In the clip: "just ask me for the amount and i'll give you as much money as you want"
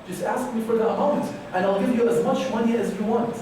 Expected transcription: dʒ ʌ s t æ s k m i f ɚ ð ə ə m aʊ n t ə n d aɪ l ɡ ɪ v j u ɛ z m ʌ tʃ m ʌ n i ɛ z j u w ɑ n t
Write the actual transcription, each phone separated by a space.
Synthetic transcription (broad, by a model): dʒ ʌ s t æ s k m i f ɚ ð ə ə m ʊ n t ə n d aɪ l ɡ ɪ v j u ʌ z m ʌ tʃ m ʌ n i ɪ z j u w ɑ n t